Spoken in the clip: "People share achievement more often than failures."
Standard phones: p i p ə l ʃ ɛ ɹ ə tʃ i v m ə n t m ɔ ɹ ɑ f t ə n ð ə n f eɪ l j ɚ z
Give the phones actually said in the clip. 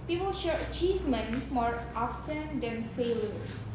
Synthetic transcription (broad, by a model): p i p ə l ʃ ɛ ɹ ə tʃ i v m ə n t m ɔ ɹ ɑ f t ə n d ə n f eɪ l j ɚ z